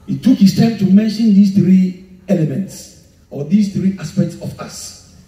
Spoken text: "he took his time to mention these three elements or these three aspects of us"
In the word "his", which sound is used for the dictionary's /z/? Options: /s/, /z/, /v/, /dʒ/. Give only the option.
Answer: /s/